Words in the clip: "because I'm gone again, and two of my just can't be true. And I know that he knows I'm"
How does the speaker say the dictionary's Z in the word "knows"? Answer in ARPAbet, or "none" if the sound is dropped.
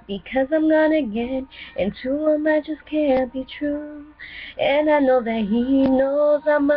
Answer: Z